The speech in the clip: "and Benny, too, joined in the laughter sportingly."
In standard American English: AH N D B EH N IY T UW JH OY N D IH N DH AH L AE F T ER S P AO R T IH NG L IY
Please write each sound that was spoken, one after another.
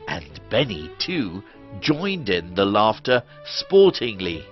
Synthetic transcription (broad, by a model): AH N B EH N IY T UW JH OY N D IH N DH AH L AE F T ER S P AO R T IH NG L IY